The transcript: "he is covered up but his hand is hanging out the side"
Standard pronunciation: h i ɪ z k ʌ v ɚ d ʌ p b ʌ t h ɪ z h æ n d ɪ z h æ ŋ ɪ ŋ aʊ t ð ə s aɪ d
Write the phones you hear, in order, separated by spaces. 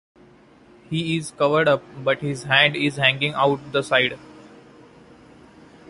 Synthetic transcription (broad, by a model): h i ɪ z k ʌ v ɚ d ʌ p b ʌ t h ɪ z h æ n d ɪ z h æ ŋ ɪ ŋ aʊ t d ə s aɪ d